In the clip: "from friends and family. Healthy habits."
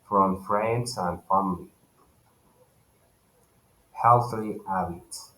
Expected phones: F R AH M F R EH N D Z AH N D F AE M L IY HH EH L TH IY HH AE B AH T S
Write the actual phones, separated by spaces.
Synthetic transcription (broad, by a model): F R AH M F R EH N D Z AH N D F AE M L IY HH EH L TH IY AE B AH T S